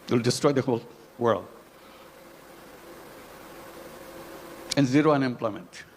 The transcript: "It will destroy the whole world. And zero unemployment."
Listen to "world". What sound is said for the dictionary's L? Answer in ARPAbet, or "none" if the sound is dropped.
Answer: L